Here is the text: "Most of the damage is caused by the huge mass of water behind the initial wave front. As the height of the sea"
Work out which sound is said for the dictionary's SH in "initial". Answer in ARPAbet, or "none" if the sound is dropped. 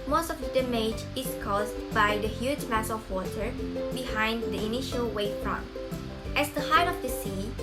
SH